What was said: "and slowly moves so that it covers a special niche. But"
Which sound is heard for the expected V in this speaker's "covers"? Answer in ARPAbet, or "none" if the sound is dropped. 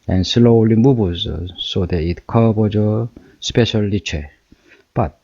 B